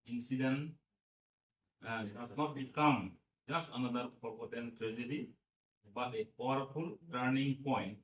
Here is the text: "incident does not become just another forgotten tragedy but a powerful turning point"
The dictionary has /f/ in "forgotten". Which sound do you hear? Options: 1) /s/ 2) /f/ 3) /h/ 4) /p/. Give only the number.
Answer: 4